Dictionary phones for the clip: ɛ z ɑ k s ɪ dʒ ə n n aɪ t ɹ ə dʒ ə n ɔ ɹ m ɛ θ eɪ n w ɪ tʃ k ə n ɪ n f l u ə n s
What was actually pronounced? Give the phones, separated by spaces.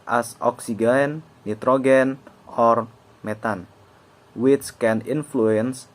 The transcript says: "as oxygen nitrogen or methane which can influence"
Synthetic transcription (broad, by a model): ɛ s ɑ k s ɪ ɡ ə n n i t ɹ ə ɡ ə n ɔ ɹ m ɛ t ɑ n w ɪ s k ə n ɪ n f l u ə n s